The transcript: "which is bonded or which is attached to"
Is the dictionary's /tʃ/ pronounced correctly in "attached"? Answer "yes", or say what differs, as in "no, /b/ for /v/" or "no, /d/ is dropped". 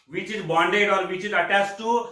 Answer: no, /s/ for /tʃ/